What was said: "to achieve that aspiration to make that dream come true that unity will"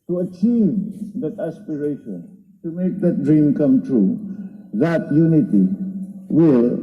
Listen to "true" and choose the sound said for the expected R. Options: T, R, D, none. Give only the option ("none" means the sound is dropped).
R